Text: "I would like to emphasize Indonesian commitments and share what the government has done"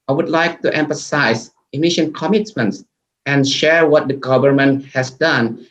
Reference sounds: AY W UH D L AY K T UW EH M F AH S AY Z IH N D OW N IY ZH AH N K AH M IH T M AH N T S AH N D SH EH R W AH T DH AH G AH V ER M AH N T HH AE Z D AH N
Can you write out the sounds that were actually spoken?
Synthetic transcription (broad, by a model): AY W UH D L AY K T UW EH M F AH S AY IH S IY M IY SH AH N K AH M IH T M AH N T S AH N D SH EH R W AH T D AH G AH V ER M AH N T HH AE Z D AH N